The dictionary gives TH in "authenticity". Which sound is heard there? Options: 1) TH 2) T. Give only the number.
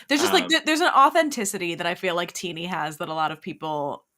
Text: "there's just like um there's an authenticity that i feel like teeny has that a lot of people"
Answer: 1